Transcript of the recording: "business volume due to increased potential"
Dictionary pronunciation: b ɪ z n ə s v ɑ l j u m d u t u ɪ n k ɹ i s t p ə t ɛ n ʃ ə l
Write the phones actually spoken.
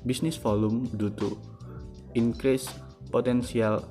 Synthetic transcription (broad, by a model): b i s n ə s f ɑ l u m d u t u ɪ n k ɹ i s p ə t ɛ n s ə l